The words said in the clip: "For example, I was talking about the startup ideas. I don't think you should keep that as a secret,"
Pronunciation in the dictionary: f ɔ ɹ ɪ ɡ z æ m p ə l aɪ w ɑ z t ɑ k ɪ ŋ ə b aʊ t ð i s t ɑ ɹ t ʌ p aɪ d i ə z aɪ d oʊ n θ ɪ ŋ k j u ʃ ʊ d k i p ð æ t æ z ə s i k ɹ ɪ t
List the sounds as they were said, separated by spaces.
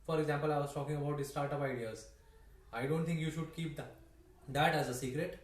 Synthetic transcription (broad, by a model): f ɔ ɹ ɪ ɡ z æ m p ə l aɪ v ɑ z t ɑ k ɪ ŋ ə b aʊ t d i s t ɑ ɹ t ʌ p aɪ d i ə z aɪ d oʊ n t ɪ ŋ k j u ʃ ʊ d k i p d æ t æ z ə s i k ɹ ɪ t